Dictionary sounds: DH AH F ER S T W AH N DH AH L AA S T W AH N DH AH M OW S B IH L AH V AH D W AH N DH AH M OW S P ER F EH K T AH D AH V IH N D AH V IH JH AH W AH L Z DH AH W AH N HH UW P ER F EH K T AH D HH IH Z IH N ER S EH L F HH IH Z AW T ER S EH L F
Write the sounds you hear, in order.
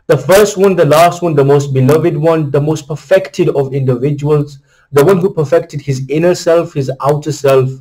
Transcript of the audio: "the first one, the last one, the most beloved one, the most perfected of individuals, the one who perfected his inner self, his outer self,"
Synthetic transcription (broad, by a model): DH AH F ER S T W AH N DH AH L AA S T W AH N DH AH M OW S B IH L AH V AH D W AH N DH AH M OW S P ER F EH K T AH D AH V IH N D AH V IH JH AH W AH L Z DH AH W AH N HH UW P ER F EH K T AH D HH IH Z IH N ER S EH L F HH IH Z AW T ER S EH L F